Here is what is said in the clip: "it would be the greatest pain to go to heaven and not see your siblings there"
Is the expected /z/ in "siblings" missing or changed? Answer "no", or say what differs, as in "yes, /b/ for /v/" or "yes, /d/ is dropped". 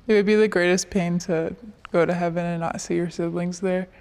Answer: no